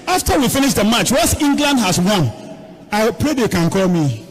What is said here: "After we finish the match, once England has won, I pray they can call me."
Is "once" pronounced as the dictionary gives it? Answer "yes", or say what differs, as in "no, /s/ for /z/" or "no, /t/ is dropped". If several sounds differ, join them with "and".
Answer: no, /n/ is dropped